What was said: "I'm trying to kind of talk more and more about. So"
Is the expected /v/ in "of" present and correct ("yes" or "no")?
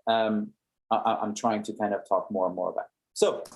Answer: no